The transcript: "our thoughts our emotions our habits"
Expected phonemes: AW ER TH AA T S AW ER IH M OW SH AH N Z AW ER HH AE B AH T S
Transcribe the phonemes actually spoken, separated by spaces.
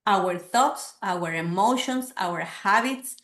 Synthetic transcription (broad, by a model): AW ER TH AA T S AW ER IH M OW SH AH N S AW ER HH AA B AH T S